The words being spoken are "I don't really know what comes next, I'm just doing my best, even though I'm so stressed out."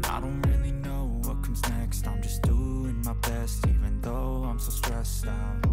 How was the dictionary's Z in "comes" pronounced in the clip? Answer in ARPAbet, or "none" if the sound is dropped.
Z